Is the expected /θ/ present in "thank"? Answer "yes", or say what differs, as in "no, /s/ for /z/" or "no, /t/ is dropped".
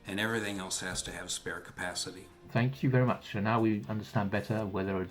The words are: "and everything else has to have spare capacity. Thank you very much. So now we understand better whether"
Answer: yes